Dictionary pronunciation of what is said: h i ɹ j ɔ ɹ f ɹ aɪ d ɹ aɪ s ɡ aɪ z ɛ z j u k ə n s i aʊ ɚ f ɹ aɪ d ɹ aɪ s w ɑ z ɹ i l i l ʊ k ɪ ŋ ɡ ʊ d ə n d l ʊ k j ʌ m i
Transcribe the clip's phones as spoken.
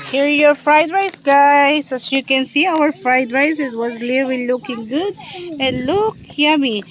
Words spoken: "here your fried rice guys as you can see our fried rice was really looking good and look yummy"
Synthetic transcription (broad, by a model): h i ɹ j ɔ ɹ f ɹ aɪ d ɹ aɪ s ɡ aɪ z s j u k ə n s i aʊ ɚ f ɹ aɪ d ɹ aɪ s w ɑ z l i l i l ʊ k ɪ ŋ ɡ ʊ d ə n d l ʊ k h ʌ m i